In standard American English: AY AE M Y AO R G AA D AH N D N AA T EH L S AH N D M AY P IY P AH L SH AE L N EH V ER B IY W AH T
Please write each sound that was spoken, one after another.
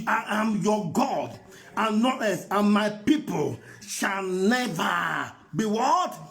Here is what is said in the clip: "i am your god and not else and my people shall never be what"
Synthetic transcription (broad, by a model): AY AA M Y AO G AA D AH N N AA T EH S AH N M AY P IY P AH L SH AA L N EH V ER B IY W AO T